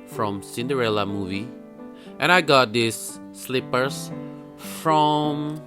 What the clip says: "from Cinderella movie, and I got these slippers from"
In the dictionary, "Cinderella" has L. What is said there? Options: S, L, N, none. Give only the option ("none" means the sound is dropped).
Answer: L